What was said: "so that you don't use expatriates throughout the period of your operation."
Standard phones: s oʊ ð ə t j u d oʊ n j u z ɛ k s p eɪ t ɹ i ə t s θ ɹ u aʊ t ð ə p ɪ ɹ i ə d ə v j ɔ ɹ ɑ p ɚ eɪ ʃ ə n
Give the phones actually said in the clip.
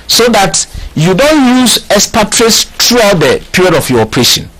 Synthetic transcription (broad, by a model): s oʊ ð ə t j u d oʊ n j u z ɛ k s p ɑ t ɹ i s t ɹ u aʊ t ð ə p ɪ ɹ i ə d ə f j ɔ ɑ p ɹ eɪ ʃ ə n